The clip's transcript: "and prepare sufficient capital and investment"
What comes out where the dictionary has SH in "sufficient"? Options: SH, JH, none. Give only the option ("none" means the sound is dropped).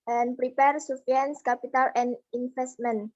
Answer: none